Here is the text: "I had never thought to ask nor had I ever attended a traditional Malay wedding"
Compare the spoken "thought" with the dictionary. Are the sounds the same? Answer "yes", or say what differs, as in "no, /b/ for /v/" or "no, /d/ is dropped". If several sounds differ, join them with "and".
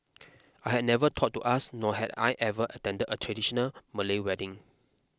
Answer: no, /t/ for /θ/